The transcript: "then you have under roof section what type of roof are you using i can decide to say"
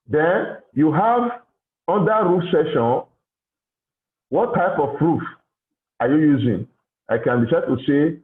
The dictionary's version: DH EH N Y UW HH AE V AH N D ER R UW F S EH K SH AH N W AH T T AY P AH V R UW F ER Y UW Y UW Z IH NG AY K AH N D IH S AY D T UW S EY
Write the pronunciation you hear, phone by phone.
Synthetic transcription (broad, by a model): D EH N Y UW HH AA V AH N D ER R UW F S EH SH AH N W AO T T AY P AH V R UW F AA Y UW Y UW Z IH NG AY K AH N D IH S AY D T UW S EY